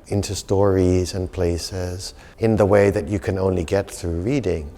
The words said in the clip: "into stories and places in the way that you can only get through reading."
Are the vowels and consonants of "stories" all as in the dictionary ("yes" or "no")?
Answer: yes